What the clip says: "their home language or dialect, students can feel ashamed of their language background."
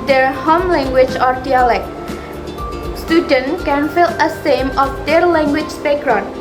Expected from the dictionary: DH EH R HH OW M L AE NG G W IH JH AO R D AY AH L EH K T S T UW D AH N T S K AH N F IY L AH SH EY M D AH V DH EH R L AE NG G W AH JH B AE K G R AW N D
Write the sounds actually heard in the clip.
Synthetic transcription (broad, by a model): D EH R HH OW M L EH NG G W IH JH AO R D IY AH L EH K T S T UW D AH N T K AH N F IY L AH S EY M AH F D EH R L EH NG G W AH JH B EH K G R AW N